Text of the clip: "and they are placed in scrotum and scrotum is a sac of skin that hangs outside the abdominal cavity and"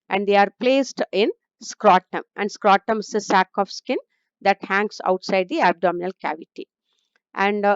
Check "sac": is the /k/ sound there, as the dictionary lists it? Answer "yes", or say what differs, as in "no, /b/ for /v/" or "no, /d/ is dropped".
yes